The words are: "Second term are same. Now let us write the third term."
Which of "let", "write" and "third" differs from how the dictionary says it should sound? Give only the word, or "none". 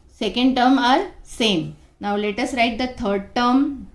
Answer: third